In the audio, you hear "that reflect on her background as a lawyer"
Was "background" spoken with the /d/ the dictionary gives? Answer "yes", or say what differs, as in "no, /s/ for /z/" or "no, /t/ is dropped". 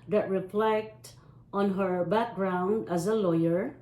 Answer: yes